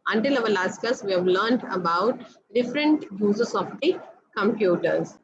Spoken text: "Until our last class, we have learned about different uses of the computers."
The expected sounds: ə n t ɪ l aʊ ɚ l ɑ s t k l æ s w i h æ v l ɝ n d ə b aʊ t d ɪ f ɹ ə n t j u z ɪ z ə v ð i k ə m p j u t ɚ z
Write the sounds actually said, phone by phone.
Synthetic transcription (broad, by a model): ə n t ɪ l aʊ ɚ l ɑ s t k ʌ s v i h æ v l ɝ n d ə b aʊ t d ɪ f ɹ ə n t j u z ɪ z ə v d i k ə m p j u t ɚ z